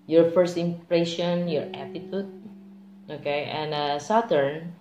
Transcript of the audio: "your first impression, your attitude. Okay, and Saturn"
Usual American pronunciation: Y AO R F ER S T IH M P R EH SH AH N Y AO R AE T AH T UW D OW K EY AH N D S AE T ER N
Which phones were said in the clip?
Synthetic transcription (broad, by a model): Y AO R F ER S T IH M P R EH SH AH N Y AO R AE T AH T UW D OW K EY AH N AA S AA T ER N